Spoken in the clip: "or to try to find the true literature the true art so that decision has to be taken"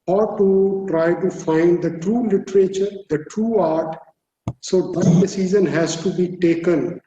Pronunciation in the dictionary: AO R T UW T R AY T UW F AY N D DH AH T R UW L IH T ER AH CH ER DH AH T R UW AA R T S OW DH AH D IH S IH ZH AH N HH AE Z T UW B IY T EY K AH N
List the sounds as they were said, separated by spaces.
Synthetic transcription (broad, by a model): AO R T UW T R AY T UW F AY N D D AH T R UW L IH T ER AH CH ER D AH T R UW AA R T S OW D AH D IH S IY Z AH N HH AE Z T UW B IY T EY K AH N